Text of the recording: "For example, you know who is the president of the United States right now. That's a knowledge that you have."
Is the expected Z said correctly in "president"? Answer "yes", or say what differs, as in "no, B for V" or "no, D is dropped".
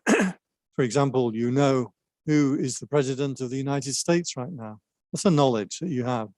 yes